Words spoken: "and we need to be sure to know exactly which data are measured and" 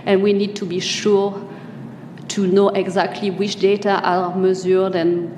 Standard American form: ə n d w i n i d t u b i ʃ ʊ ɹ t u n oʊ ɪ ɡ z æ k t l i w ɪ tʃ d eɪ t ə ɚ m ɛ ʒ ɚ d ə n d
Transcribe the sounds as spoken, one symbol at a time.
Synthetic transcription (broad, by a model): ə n w i n i d t u b i ʃ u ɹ t u n oʊ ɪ ɡ z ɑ k t l i w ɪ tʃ d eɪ t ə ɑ m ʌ z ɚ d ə n